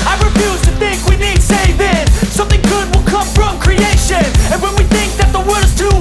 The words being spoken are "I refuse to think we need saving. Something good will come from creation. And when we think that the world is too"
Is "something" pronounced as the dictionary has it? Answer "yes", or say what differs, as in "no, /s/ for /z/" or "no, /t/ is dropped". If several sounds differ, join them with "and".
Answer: yes